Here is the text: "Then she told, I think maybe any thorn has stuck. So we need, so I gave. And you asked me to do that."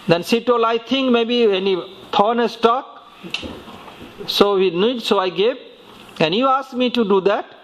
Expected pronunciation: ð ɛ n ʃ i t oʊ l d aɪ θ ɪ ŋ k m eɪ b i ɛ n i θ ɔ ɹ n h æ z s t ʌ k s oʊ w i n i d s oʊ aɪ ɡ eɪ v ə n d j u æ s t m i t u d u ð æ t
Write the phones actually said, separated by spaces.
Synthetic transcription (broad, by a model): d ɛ n s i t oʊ l aɪ t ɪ ŋ k m eɪ b i ɛ n i t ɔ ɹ n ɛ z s t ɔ k s oʊ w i n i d s oʊ aɪ ɡ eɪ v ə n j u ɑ s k m i t u d u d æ t